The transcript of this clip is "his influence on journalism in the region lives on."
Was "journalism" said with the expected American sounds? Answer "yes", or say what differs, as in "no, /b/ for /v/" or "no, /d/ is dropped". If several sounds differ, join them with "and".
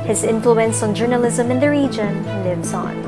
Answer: yes